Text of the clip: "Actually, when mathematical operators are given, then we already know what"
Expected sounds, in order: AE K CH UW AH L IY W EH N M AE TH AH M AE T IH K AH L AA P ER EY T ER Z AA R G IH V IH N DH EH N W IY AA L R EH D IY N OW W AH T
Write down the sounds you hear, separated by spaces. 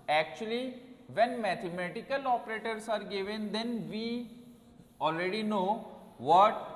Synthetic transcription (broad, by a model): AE K CH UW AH L IY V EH N M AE T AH M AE T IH K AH L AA P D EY T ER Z AA R G IH V IH N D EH N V IY AA L R EH D IY N OW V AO T